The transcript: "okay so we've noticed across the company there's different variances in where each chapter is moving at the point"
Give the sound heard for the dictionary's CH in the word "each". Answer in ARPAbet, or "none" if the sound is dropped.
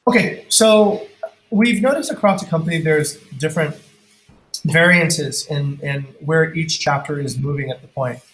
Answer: CH